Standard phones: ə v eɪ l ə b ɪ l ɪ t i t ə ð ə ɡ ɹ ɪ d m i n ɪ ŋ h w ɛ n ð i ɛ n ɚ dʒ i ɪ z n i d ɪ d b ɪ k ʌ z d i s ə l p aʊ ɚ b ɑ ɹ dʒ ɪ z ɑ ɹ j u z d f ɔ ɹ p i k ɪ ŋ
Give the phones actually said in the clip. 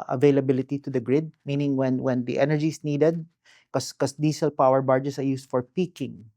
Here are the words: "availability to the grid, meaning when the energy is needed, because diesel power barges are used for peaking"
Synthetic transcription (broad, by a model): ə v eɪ l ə b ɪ l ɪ t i t ə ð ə ɡ ɹ ɪ d m i n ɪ ŋ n w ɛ n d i ɛ n ɚ dʒ i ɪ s n i d ɪ d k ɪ k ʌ s d i s ə l p aʊ ɚ b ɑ ɹ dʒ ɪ s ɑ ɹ j u s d f ɔ ɹ p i k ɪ ŋ